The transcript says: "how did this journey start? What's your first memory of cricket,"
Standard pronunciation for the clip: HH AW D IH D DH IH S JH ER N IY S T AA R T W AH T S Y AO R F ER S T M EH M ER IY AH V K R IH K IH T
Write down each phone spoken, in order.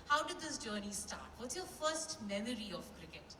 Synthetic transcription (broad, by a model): HH AW D IH D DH IH S JH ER N IY S T AA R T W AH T Y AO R F ER S T M EH M ER IY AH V K R IH K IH T